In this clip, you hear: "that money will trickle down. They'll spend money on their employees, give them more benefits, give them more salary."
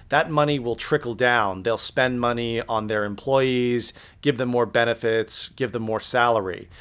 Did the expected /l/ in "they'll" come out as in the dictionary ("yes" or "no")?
yes